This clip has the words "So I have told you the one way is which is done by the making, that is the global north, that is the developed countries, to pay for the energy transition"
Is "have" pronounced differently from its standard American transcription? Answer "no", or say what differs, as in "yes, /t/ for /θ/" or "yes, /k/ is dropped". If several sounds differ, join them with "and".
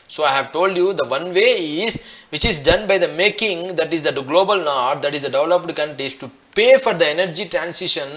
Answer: no